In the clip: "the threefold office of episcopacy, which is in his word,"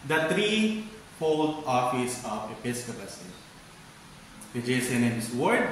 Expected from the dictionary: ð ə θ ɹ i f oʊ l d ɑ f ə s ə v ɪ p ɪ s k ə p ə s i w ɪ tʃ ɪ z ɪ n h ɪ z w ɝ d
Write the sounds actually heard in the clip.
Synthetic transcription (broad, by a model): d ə t ɹ i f oʊ l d ɑ f ə s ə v ɪ p ɪ s k ə p ə s i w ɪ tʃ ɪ s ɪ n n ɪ s w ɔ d